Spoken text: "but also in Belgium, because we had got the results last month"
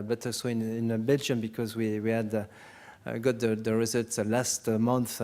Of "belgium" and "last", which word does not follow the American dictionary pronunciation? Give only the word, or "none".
none